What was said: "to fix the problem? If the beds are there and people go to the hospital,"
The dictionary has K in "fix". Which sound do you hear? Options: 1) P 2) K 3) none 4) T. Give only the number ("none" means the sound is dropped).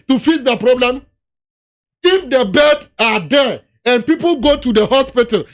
3